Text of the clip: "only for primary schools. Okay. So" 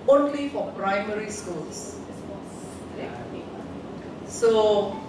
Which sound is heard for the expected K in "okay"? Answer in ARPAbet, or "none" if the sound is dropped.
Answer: none